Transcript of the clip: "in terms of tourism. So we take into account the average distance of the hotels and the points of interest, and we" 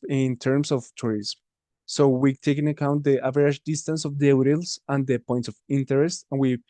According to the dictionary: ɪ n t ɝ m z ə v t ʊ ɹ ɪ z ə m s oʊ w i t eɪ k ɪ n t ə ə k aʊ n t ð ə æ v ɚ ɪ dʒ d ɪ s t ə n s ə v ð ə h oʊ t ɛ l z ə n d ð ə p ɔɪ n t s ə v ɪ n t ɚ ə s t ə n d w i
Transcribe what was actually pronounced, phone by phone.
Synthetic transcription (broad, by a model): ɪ n t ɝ m s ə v t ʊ ɹ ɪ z m s oʊ w i t eɪ k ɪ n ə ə k aʊ n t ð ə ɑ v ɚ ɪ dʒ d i s t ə n s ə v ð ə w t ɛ l s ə n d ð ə p ɔɪ n t s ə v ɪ n t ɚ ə s t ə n w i